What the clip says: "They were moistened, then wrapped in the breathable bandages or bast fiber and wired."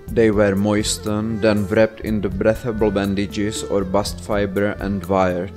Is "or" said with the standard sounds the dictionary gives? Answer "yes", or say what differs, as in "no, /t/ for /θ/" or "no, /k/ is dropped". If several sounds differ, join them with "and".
yes